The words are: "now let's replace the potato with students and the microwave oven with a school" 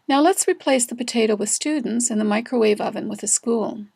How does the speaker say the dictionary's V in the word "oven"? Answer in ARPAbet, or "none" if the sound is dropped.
V